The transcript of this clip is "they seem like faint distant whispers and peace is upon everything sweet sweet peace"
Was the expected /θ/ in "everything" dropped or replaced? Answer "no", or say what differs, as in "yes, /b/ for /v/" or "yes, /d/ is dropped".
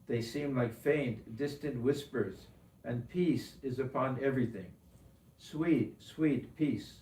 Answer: no